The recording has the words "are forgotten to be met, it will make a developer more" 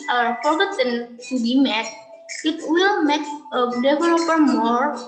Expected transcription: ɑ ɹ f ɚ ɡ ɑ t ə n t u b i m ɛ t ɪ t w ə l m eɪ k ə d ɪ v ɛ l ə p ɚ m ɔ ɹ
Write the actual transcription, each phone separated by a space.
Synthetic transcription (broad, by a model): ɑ ɹ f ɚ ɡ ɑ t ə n t u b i m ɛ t ɪ t w ə l m eɪ k ə d ɪ v ɛ l ə p ɚ m ɔ ɹ